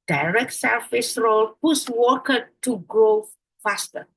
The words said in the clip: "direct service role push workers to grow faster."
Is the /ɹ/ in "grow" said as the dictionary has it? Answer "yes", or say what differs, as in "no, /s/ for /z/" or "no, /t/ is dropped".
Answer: yes